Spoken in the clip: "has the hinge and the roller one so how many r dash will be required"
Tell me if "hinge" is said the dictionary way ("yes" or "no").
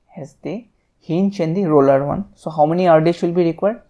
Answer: no